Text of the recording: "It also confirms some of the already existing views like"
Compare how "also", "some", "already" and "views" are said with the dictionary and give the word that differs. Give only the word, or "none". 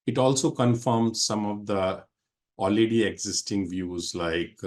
already